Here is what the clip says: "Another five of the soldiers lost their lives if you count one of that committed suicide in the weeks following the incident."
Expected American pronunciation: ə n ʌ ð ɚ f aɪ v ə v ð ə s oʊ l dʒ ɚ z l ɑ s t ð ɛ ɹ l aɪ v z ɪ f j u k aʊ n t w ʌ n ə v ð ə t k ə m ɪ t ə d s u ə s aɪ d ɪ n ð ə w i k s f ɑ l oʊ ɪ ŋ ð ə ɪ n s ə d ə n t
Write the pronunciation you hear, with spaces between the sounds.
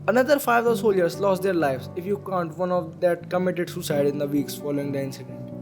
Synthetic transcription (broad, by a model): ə n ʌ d ɚ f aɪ ə v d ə s oʊ l dʒ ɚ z l ɑ s t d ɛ ɹ l aɪ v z ɪ f j u k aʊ n t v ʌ n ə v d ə t k ə m ɪ t ə d s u s aɪ d ɪ n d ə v i k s f ɑ l oʊ ɪ ŋ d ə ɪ n s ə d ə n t